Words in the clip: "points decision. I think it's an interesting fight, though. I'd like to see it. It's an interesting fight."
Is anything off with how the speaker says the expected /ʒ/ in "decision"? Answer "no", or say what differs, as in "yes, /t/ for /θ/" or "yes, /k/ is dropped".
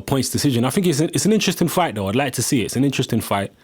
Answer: no